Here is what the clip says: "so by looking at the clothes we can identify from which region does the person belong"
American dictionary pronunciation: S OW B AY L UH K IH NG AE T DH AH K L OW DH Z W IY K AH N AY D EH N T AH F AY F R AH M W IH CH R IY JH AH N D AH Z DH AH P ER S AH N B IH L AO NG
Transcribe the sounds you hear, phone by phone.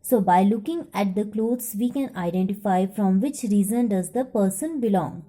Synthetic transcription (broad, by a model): S OW B AY L UH K IH NG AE T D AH K L OW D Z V IY K AH N AY D EH N T AH F AY F R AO M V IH CH R IY Z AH N D AH Z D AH P ER S AH N B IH L AO NG